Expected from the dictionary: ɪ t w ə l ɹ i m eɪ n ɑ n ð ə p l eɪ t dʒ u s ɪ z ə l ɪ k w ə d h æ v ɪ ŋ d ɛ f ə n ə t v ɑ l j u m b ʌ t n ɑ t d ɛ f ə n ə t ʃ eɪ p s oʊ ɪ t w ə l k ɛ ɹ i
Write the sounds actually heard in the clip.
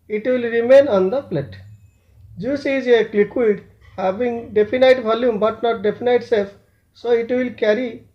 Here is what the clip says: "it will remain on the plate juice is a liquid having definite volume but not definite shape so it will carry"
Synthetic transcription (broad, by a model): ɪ t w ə l ɹ i m eɪ n ɑ n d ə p l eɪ t dʒ u s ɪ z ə l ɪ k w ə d h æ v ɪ ŋ d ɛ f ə n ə t v ɑ l j u m b ʌ t n ɑ t d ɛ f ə n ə t s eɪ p s oʊ ɪ t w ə l k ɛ ɹ i